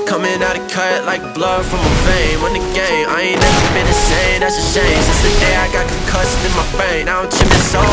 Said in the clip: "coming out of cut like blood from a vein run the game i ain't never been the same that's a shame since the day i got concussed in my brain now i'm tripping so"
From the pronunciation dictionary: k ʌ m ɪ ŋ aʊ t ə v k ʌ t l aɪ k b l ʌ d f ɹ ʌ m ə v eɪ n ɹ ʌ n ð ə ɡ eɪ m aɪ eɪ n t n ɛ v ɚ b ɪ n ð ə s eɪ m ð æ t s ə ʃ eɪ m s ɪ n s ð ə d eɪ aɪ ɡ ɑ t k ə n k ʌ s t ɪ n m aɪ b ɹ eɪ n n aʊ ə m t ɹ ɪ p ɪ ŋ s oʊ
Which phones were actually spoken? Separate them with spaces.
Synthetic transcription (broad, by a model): k ʌ m ɪ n aʊ t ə k ʌ t l aɪ k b l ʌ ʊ f ɹ ʌ m ə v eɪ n w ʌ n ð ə ɡ eɪ m aɪ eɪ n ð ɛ ɚ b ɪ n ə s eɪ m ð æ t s ə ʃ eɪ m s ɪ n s ð ə d eɪ aɪ ɡ ɑ t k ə k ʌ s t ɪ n m aɪ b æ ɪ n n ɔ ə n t ɪ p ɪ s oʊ